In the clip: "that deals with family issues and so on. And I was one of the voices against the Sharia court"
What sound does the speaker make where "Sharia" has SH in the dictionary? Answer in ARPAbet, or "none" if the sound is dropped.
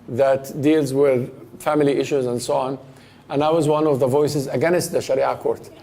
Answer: SH